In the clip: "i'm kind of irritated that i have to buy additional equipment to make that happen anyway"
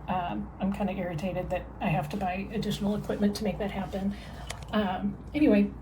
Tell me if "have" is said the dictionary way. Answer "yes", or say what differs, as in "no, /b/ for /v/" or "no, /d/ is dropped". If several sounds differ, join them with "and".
no, /f/ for /v/